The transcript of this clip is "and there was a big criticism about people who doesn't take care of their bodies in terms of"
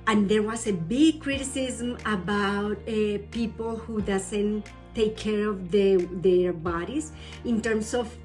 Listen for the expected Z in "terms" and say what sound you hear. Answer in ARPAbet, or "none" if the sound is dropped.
S